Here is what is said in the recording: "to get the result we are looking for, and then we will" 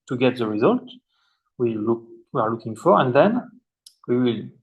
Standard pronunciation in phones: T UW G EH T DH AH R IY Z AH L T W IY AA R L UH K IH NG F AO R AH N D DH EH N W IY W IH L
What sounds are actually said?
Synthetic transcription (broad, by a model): T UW G EH T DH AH R IY Z AH L T W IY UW W L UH K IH NG F AO R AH N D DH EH N W IY W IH L